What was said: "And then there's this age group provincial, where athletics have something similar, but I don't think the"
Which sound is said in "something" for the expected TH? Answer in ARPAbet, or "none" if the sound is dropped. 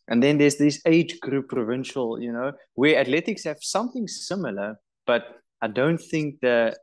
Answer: TH